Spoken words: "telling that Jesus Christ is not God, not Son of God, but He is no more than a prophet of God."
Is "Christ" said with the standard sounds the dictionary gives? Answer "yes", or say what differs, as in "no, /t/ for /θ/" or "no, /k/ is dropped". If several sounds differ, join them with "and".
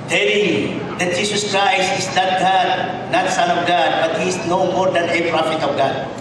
no, /t/ is dropped